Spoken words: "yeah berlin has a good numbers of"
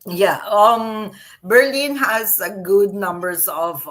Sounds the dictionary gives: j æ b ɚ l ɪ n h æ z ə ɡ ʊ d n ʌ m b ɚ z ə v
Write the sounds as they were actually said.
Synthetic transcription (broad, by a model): j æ b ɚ l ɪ n h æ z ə ɡ ʊ d n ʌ m b ɚ s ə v